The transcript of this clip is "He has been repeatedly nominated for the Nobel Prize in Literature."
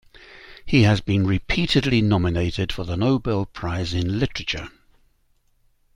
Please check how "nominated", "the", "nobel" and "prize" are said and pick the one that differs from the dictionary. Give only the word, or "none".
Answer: none